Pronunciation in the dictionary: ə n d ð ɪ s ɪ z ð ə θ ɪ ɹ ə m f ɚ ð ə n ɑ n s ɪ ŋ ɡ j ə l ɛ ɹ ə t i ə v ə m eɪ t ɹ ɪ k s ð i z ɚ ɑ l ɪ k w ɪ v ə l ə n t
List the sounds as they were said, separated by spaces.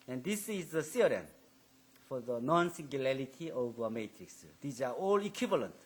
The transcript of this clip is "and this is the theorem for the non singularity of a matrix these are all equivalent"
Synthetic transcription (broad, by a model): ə n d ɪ s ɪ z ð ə s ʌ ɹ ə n f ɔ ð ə n ɑ n s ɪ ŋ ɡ j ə l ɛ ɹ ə t i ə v ə m eɪ t ɹ ɪ k s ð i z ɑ ɑ l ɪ k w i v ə l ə n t